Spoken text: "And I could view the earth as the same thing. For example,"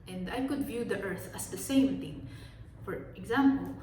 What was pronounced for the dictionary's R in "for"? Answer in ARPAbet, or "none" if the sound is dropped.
R